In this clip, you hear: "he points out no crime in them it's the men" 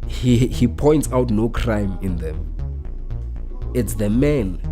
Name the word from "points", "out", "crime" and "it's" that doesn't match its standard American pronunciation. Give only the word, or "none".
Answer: none